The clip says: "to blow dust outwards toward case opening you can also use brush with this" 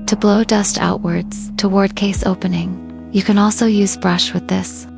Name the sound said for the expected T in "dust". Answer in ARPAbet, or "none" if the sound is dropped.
T